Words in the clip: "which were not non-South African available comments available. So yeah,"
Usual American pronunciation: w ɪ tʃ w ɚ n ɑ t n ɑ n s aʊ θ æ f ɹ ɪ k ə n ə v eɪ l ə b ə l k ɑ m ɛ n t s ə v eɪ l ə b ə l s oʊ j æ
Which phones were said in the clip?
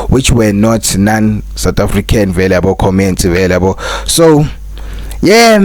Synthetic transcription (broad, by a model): w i tʃ w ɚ n ɑ t n ɑ n s aʊ t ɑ f ɹ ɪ k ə n v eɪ l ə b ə k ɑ m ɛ n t ə v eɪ l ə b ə s oʊ j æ